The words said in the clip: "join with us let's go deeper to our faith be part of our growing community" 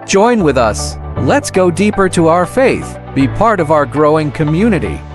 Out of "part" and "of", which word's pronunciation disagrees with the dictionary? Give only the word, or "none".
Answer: none